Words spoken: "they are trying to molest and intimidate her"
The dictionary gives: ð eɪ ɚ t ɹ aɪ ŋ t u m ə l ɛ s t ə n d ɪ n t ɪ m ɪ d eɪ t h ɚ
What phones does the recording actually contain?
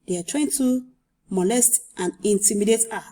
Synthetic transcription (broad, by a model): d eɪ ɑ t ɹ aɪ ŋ t u m ə l ɛ s t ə n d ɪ n t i m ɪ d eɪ t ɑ